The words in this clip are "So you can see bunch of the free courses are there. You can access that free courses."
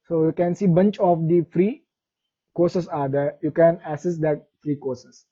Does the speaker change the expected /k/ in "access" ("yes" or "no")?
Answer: yes